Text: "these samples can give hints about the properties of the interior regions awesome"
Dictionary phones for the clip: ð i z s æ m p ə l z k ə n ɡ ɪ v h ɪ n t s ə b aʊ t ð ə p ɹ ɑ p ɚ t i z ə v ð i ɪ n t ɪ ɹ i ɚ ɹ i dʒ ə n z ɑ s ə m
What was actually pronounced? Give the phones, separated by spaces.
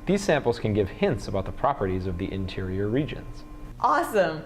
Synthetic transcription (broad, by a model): ð i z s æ m p l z k ə n ɡ ɪ v h ɪ n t s ə b aʊ t ð ə p ɹ ɑ p ɚ t i z ə v ð i ɪ n t ɪ ɹ i ɚ ɹ i dʒ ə n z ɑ s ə m